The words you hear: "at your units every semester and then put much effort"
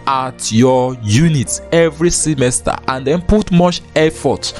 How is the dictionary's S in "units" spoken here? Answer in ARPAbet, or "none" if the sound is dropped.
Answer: none